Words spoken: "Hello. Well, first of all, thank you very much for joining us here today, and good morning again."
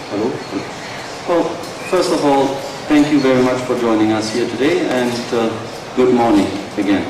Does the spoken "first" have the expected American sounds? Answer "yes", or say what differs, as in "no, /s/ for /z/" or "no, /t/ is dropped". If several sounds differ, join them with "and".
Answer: yes